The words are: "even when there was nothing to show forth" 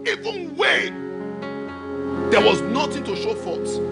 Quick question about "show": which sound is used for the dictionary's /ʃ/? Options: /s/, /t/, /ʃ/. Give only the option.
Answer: /ʃ/